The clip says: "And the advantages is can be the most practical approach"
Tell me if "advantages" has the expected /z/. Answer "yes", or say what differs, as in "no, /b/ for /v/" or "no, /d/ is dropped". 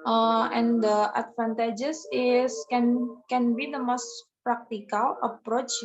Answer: no, /s/ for /z/